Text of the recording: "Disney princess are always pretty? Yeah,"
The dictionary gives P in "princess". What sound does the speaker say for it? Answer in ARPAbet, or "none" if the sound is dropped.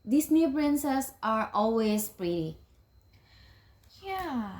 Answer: B